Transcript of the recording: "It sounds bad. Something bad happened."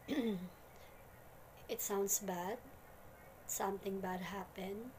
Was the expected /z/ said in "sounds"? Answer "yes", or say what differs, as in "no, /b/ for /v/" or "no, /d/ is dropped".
no, /s/ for /z/